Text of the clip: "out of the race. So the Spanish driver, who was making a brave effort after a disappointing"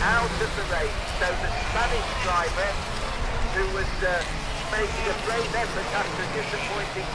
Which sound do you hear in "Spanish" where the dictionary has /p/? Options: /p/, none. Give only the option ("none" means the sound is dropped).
none